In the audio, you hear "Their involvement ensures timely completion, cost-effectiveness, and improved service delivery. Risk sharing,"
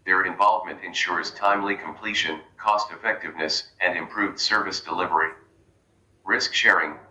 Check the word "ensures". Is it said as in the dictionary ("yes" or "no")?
yes